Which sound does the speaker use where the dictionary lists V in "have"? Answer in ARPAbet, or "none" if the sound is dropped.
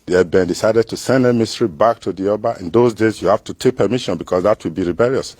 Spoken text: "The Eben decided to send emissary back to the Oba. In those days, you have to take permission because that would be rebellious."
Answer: F